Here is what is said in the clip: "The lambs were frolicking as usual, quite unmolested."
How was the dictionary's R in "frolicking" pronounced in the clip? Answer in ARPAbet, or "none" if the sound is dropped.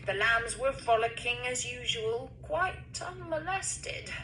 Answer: none